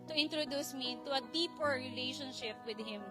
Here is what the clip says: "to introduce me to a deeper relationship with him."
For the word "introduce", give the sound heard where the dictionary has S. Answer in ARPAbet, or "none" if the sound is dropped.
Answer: S